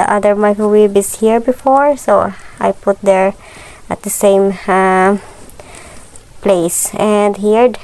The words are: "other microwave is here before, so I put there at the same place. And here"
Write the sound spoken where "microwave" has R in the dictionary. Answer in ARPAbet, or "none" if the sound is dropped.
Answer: none